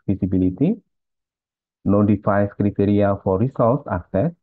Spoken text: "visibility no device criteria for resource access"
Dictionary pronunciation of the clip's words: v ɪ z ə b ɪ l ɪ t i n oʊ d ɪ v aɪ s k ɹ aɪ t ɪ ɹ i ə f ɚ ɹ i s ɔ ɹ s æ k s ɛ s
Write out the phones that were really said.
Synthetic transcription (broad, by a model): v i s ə b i l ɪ t i n oʊ d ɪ f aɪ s k ɹ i t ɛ ɹ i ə f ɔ ɹ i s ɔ l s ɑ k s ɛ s